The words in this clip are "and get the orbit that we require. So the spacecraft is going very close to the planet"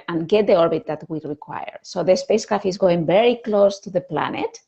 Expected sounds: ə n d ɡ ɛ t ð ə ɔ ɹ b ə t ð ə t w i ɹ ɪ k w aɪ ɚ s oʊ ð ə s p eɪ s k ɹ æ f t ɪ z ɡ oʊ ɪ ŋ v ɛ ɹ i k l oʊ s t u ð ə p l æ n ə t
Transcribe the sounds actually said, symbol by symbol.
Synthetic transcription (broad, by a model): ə n ɡ ɛ t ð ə ɔ ɹ b ə t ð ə t w i ɹ ɪ k w aɪ ɚ s oʊ ð ə s p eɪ s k ɑ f ɪ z ɡ oʊ ɪ ŋ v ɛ ɹ i k l oʊ s t u ð ə p l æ n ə t